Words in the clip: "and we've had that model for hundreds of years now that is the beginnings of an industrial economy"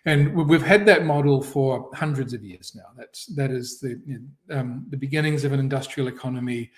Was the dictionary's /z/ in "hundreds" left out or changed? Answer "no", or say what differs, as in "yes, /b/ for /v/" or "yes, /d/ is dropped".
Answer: no